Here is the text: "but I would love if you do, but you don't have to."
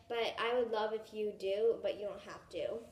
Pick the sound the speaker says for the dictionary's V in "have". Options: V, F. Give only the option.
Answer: F